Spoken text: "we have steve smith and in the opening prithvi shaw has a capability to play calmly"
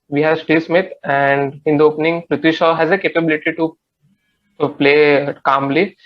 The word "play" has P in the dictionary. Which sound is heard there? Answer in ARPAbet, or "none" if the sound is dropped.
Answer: P